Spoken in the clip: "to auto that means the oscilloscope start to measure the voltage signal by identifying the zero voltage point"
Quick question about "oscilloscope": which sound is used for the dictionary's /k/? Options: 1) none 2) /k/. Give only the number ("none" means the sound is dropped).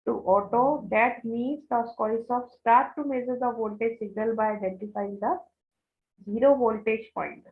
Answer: 1